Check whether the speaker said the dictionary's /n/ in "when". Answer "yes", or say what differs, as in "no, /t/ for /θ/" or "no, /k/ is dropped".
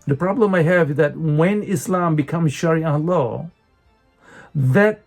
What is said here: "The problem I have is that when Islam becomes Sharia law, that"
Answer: yes